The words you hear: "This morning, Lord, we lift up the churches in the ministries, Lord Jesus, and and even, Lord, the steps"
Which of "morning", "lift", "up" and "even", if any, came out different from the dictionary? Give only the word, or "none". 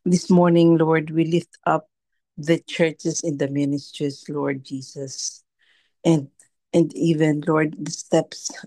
none